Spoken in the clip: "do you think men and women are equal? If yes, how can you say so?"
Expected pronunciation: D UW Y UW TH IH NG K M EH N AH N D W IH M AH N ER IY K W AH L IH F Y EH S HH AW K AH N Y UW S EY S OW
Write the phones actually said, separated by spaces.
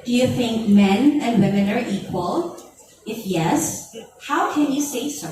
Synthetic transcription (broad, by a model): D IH Y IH TH IH NG K M EH N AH N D W IH M AH N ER IY K W AH L IH F Y EH S HH AW K AH N Y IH S EY S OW